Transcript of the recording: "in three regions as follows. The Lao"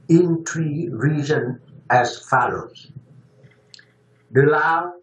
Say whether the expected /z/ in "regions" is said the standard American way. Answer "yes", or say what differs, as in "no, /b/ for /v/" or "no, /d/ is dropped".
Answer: no, /z/ is dropped